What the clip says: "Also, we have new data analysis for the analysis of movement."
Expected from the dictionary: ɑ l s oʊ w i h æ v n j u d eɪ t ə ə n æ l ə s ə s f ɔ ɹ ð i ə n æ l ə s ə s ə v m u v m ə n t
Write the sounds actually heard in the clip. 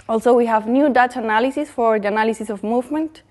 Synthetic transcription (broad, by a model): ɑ l s oʊ w i h æ v n j u d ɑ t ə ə n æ l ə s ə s f ɔ ɹ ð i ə n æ l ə s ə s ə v m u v m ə n t